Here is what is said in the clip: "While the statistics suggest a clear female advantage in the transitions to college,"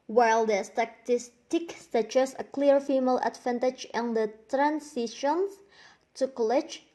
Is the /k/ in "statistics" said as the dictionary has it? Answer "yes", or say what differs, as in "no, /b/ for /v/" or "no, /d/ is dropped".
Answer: yes